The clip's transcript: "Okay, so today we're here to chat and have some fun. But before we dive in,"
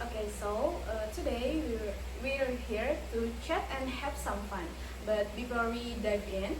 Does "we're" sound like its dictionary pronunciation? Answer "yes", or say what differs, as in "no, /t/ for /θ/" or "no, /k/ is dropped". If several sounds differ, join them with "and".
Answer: no, /w/ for /ɹ/